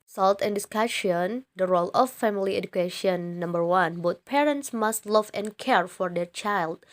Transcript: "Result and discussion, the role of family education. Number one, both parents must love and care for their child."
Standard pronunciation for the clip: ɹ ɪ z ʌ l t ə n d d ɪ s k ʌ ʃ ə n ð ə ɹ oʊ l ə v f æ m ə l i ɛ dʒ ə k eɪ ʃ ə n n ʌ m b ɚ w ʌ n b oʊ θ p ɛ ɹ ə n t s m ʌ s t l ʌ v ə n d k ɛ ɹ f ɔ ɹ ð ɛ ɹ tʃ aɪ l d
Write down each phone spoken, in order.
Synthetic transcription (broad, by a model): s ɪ l t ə n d d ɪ s k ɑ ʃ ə n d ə ɹ oʊ l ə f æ m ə l i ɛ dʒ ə k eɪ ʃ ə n n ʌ m b ɚ w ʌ n b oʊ t p ɛ ɹ ə n t s m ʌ s t l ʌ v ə n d k ɛ ɹ f ɔ ɹ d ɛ ɹ tʃ aɪ l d